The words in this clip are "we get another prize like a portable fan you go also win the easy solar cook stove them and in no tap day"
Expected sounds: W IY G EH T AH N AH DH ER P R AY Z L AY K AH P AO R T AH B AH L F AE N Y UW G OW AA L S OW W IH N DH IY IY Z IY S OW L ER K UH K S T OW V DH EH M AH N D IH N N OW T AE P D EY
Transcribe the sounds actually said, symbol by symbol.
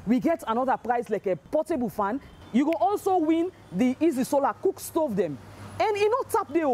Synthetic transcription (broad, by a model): W IY G EH T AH N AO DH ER P R AY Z L AY K AH P AO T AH B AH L F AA N Y UW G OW AA L S OW W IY N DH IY IY Z IY S OW L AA K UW K S T OW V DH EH M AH N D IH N N OW T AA P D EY